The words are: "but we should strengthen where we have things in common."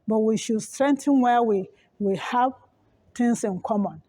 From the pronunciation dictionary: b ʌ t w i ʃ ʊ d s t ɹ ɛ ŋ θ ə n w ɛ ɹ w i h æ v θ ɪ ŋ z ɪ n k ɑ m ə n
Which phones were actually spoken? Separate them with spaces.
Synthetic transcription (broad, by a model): b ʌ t w i ʃ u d s t ɹ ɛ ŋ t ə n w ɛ w w i h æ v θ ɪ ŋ s ɪ n k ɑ m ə n